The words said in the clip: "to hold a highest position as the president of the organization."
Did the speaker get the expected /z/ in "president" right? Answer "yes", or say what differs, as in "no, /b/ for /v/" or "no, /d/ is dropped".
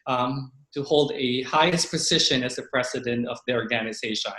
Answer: no, /s/ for /z/